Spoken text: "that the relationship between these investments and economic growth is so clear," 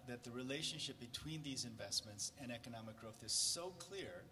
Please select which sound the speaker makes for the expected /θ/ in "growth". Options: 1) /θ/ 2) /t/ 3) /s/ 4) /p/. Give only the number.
1